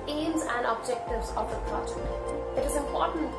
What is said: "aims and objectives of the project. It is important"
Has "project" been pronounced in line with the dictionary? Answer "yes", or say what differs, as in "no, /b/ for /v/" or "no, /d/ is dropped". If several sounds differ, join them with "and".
no, /tʃ/ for /dʒ/ and /k/ is dropped